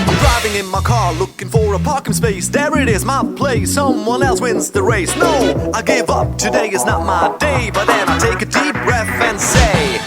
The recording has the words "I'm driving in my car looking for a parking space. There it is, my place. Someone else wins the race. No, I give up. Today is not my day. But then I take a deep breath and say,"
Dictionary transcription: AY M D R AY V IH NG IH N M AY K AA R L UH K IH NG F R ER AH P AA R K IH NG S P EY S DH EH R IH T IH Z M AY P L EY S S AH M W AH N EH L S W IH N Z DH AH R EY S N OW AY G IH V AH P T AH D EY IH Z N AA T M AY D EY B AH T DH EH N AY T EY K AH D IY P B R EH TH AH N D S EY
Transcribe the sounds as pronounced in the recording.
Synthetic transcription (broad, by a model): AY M D R AY V IH NG IH N M AY K AA R L UH K IH NG F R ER AH P AA R K IH NG S P EY S DH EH R IH T IH Z M AY P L EY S S AH M W AH N EH L S W IH N Z DH AH R EY S N OW AY G IH V AH P T AH D EY IH Z N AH T M AY D EY B AH T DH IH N AY T EY K AH D IY P B R EH TH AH N S EY